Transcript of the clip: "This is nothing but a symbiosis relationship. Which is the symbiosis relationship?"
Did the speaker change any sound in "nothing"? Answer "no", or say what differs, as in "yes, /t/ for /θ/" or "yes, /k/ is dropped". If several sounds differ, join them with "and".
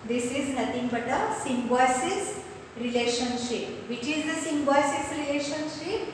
yes, /t/ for /θ/